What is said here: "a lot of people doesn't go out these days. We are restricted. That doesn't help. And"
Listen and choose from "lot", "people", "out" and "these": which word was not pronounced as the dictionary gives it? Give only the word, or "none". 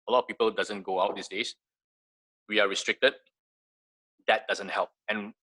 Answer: these